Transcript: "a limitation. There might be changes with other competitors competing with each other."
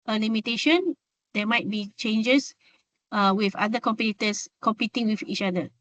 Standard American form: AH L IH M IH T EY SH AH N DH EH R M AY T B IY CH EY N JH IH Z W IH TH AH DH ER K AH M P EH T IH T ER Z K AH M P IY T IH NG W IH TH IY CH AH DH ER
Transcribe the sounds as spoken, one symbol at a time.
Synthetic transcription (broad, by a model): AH L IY M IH T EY SH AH N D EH M AY T B IY CH EY N JH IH S W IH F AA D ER K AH M P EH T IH T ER S K AH M P IY T IH NG W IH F IY CH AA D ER